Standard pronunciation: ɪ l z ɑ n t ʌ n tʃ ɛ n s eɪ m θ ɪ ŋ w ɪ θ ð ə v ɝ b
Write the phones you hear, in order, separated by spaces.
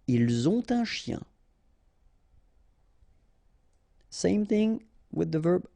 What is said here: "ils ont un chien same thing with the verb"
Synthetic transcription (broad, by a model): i l z ɑ t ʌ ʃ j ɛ s eɪ m θ ɪ ŋ w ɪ ð ə v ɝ b